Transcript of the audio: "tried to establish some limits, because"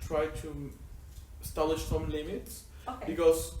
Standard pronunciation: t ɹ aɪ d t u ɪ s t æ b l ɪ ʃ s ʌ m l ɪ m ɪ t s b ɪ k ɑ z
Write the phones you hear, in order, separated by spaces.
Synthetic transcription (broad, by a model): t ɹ aɪ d t u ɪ s t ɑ l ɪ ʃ s ʌ m l ɪ m ɪ t s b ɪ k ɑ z